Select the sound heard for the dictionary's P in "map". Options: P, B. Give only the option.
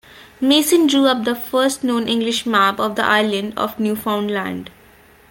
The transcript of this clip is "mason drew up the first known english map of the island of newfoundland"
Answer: B